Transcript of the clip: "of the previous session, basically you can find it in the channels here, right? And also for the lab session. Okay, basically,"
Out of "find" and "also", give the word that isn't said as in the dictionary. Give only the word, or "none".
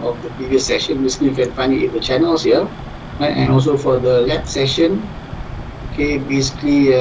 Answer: find